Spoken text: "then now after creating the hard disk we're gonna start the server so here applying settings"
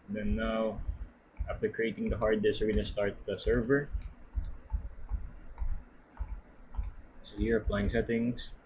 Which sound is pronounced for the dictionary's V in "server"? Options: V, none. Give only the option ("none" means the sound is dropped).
V